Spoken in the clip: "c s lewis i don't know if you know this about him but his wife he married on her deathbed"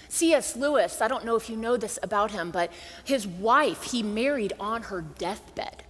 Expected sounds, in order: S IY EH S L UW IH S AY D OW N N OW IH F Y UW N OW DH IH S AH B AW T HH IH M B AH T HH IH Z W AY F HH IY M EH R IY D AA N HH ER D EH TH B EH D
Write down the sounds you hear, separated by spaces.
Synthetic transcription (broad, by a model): S IY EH S L UW IH S AY D OW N N OW IH F Y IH N OW DH IH S AH B AW T HH IH M B AH T HH IH Z W AY F HH IY M EH R IY D N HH ER D EH TH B EH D